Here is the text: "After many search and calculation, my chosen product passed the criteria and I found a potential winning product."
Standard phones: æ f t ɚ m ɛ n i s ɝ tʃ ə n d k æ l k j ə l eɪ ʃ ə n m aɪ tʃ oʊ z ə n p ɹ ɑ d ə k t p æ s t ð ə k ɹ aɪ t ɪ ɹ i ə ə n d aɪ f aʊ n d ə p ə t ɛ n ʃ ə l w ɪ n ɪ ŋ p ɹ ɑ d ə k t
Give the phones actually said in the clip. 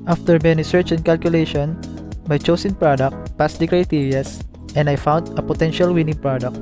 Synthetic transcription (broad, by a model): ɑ f t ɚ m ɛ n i s ɝ tʃ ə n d k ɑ l k j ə l eɪ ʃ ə n m aɪ tʃ oʊ s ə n p ɹ ɑ d ə k t p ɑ s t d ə k ɹ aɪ t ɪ ɹ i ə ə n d aɪ f aʊ n d ə p ə t ɛ n ʃ ə l w ɪ n ɪ ŋ p ɹ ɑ d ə k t